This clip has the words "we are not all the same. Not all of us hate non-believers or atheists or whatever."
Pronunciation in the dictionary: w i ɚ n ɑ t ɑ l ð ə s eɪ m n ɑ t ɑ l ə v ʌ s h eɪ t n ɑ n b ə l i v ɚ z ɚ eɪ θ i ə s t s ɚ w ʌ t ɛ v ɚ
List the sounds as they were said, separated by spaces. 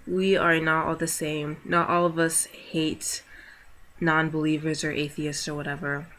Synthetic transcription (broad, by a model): w i ɚ n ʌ t ɑ l ð ə s eɪ m n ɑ t ɑ l ə v ʌ s h eɪ t n ɑ n b ə l i v ɚ z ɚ eɪ θ i ə s t s ɚ w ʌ t ɛ v ɚ